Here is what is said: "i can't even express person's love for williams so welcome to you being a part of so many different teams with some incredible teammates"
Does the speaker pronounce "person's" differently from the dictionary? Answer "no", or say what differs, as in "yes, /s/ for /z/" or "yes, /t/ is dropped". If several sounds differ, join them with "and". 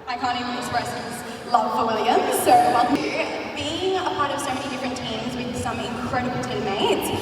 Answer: yes, /n/ is dropped